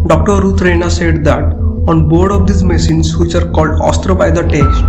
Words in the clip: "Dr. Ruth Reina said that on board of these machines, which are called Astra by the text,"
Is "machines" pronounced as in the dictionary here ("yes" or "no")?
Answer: no